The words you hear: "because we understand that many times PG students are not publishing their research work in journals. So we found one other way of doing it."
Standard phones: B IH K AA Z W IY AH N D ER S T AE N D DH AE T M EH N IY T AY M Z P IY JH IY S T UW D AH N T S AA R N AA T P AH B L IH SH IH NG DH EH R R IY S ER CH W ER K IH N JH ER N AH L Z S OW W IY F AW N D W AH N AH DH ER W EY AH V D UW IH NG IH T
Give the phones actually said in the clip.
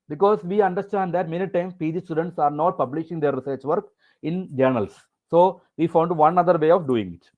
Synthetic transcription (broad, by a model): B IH K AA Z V IY AH N D ER S T AE N D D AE T M EH N IY T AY M P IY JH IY S T UW D AH N T S AA R N AA T P AH B L IH SH IH NG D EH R R IY S ER CH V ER K IH N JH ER N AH L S S OW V IY F AW N D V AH N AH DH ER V EY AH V D UW IH NG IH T